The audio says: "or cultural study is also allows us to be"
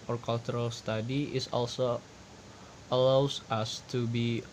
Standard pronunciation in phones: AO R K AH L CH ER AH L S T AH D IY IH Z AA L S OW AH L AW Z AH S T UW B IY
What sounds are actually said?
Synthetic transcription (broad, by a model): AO R K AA L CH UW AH L S T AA D IY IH S AA L S OW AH L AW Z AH S T UW B IY